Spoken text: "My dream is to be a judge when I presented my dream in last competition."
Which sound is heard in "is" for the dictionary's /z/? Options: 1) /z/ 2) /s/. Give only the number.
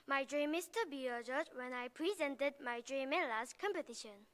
2